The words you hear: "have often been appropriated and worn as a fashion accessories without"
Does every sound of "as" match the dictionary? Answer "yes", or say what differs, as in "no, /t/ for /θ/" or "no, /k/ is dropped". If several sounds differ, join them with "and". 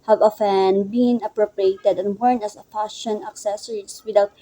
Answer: no, /s/ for /z/